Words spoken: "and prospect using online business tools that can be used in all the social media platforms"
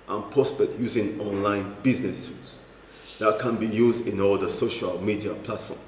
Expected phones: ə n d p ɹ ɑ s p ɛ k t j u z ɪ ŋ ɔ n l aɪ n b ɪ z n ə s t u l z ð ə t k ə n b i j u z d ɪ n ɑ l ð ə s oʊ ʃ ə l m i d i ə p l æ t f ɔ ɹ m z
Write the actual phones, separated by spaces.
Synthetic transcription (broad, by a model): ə n p ɹ ɑ s p ɛ k t j u z ɪ ŋ ɔ n l aɪ n b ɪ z n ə s t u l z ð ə t k ə n b i j u z d ɪ n ɑ l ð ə s oʊ ʃ ə l m i d i ə p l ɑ t f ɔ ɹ m